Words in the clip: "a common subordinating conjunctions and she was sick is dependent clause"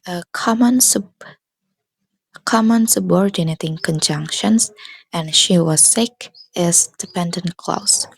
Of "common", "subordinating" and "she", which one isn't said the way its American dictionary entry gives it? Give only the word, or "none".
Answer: none